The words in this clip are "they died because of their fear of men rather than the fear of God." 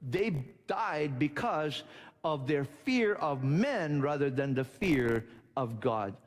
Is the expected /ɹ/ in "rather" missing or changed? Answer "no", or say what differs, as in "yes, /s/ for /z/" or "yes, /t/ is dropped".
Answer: no